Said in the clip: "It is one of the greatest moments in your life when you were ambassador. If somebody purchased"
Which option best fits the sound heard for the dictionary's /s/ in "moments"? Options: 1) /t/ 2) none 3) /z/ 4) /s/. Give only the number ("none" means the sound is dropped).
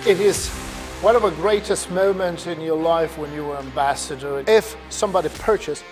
2